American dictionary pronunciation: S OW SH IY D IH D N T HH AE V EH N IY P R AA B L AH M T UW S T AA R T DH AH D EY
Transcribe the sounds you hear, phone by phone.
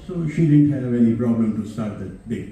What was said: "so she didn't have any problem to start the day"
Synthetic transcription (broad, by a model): S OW SH IY D IH D N T HH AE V EH N IY P R AA B L AH M T UW S T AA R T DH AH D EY